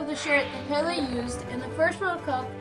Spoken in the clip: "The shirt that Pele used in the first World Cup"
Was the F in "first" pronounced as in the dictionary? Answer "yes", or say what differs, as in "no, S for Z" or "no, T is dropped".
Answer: no, P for F